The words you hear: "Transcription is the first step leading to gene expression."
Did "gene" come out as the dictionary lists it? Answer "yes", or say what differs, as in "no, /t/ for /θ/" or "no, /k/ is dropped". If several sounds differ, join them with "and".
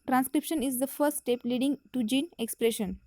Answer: yes